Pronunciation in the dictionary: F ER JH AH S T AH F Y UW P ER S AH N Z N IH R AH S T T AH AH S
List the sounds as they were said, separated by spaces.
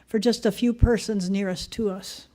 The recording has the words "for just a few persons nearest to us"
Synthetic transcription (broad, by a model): F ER JH AH S T AH F Y UW P ER S AH N Z N IH R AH S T T AH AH S